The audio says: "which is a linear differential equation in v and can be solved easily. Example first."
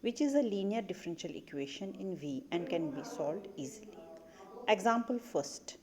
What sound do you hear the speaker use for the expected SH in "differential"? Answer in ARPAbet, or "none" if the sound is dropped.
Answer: SH